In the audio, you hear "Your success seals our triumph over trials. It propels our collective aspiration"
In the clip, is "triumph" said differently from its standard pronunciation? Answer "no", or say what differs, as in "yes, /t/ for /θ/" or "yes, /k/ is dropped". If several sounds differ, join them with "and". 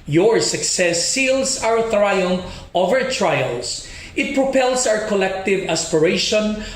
yes, /f/ is dropped